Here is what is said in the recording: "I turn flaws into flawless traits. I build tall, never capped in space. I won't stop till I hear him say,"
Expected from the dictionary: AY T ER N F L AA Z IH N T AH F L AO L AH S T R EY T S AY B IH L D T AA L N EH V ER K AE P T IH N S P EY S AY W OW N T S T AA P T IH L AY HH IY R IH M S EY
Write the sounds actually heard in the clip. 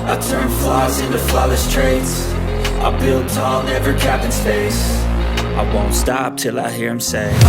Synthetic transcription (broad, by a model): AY T ER N F L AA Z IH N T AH F L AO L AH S T R EY T S AY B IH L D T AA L N EH V ER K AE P IH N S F EY S AY W OW N T S T AA P T IH L AY HH IY R IH M S EY